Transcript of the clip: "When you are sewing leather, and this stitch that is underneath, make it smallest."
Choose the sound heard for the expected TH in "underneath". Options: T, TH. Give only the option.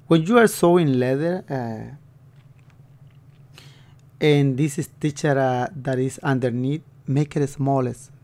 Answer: T